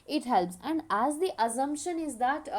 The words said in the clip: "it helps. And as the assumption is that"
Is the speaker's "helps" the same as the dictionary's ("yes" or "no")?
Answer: yes